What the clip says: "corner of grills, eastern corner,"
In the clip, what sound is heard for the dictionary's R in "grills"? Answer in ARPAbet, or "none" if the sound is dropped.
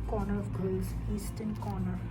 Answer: none